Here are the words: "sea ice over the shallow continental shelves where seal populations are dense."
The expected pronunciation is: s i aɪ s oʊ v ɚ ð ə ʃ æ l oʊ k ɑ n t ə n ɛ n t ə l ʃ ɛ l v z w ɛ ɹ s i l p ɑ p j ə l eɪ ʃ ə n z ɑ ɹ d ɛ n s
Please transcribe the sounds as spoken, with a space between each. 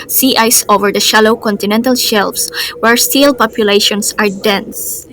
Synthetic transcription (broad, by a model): s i aɪ s oʊ v ɚ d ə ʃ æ l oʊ k ɑ n t ə n ɛ n t ə l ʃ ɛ l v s w ɛ ɹ s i l p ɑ p j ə l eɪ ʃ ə n s ɑ ɹ d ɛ n s